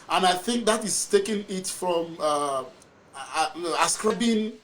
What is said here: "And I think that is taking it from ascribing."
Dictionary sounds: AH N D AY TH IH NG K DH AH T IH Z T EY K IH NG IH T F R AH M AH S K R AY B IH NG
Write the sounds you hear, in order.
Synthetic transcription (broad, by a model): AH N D AY TH IH NG K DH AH T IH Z T EY K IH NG IH T F R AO M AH S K R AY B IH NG